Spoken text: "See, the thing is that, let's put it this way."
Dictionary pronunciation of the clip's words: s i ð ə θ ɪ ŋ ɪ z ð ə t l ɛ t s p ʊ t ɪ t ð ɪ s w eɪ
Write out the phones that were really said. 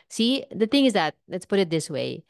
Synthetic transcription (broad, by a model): s i ð ə θ ɪ ŋ ɪ z ð ə t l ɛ t s p ʊ t ɪ t ð ɪ s w eɪ